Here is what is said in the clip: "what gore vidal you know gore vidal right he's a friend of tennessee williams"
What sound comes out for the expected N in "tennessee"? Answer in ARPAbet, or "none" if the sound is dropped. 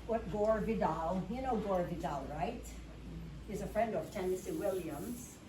N